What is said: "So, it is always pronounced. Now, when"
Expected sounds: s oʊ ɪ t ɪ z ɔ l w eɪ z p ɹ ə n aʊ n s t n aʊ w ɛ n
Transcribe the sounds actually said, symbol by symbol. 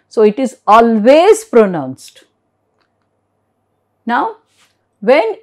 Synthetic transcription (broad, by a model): s oʊ ɪ t ɪ z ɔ l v eɪ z p ɹ ə n aʊ n s t n aʊ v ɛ n